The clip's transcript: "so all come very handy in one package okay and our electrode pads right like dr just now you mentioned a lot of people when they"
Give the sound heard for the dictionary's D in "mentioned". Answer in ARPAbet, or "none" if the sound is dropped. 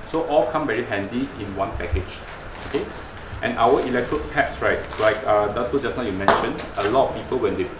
none